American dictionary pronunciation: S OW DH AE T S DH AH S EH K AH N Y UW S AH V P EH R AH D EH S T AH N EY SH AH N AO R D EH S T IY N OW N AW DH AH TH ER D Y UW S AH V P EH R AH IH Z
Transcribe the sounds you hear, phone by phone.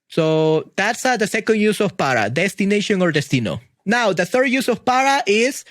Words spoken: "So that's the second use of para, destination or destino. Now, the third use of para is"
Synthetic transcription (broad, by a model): S OW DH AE T S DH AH S EH K AH N Y UW S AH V P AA R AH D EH S T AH N EY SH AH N AO R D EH S T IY N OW N AW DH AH TH ER D Y UW S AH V P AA R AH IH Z